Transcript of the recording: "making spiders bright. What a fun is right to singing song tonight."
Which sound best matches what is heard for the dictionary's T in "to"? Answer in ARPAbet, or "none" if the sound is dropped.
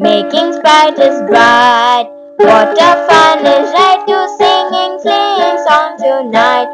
S